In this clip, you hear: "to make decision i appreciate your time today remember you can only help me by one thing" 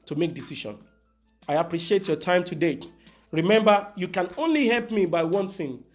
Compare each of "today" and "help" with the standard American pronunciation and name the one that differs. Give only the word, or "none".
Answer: none